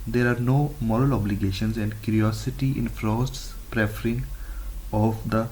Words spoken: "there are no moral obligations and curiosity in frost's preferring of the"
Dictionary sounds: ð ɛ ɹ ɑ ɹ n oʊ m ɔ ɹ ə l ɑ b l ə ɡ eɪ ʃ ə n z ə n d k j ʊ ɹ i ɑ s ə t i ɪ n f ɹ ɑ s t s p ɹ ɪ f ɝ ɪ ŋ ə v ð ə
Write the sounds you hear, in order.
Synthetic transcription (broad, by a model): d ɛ ɹ ɑ ɹ n oʊ m ɔ ɹ ə l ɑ b l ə ɡ eɪ ʃ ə n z ə n d k j ʊ ɹ i ɑ s ə t i ɪ n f ɹ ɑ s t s p ɹ ɪ f ɝ ɪ ŋ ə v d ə